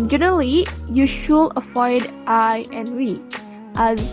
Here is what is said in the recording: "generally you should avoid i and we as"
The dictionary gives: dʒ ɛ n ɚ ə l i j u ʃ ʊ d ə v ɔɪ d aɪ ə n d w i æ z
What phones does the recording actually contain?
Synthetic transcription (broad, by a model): dʒ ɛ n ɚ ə l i j u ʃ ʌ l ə f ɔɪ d aɪ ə n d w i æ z